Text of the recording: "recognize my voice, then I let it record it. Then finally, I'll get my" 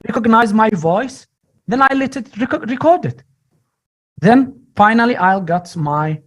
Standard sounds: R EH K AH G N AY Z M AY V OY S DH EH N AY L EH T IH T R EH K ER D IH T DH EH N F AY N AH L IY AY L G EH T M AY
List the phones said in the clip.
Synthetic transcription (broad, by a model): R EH K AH G N AY Z M AY V OY S DH EH N AY L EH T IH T R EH K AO D IH T DH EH N F AY N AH L IY AY L G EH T M AY